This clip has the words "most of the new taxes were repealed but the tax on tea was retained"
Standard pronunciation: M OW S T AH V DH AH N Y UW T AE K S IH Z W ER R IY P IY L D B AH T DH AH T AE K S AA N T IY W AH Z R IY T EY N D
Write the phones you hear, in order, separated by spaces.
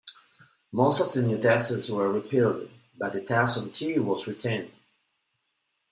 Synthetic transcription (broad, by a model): M OW S T AH V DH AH N Y UW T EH S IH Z W ER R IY P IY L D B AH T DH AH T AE S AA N T IY W AH Z R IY T EY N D